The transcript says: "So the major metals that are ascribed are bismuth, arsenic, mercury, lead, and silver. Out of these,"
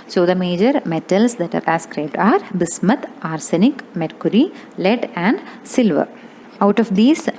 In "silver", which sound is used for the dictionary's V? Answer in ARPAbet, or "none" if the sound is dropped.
V